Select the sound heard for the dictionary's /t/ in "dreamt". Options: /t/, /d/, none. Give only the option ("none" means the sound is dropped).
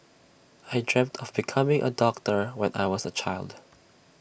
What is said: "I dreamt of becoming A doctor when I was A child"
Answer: /t/